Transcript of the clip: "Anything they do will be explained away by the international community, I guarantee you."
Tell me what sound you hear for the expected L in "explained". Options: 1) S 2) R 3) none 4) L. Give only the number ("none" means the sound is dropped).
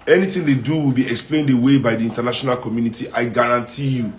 4